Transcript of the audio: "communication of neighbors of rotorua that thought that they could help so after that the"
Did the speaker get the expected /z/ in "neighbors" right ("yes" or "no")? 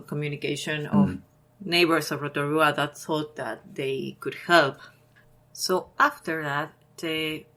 no